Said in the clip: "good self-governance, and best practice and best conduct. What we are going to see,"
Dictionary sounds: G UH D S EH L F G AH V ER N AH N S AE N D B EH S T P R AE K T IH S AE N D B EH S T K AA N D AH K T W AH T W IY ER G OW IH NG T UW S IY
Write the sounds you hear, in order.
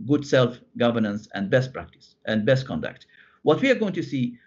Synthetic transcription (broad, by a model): G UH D S EH L F G AH V ER N AH N S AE N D B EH S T P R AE K T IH S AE N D B EH S T K AA N D AH K T W AH T W IY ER G OW IH NG T UW S IY